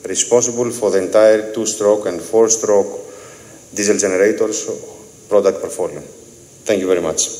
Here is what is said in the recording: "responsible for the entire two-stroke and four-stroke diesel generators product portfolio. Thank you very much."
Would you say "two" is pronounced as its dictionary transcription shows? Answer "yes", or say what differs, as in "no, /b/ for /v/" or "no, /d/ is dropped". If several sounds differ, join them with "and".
yes